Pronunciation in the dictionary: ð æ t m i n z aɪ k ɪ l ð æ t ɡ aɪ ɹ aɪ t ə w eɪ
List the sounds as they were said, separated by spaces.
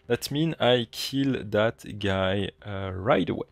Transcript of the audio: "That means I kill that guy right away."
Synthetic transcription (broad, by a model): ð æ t m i n aɪ k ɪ l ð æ t ɡ aɪ ɹ aɪ t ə w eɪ